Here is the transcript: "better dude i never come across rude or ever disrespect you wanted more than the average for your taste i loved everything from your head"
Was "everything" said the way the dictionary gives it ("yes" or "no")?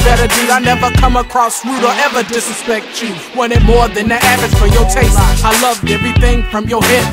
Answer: yes